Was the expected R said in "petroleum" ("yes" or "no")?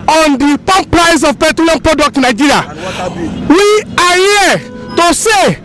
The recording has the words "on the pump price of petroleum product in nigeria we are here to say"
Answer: no